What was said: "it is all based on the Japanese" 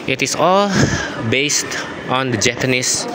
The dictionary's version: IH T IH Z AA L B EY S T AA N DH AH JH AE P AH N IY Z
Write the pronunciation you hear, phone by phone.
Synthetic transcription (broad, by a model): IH T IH S AA L B EY S T AA N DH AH JH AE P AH N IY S